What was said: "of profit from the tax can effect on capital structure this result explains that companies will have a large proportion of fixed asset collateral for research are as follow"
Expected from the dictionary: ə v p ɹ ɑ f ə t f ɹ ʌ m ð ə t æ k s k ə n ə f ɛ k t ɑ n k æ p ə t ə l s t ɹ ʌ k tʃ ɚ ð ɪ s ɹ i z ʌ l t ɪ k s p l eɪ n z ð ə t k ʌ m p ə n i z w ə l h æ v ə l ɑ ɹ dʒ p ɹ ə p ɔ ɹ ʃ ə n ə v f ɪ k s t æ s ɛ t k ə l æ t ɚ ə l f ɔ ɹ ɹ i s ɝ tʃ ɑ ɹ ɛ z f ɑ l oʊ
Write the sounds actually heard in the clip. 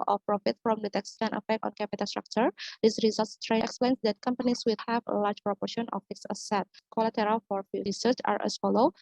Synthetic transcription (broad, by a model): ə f p ɹ ɑ f ə t f ɹ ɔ m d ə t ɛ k s k ə n ə f ɛ k t ɑ n k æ p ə t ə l s t ɹ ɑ k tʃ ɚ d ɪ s ɹ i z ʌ l t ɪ k s p l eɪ n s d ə t k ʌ m p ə n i s w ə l h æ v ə l ɑ ɹ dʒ p ɹ ə p ɔ ɹ ʃ ə n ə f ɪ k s ʌ s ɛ t k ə l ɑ t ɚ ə l f ɔ ɹ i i s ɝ tʃ ɑ ɹ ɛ s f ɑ l oʊ